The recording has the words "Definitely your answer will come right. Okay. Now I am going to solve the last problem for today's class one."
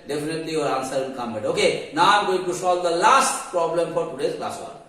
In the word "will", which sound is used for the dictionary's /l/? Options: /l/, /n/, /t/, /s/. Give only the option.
/n/